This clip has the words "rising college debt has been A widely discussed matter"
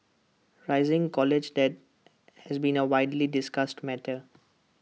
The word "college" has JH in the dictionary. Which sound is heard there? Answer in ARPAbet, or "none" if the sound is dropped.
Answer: JH